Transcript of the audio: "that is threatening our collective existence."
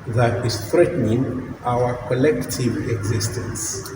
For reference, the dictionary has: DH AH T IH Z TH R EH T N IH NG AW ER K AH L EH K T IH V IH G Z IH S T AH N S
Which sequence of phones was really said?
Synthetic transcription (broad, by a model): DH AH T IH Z TH R EH T N IH NG AW ER K AH L EH K T IH V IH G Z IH S T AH N S